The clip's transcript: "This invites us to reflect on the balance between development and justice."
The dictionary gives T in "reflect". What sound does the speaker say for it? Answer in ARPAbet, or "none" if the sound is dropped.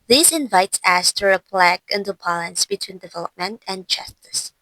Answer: none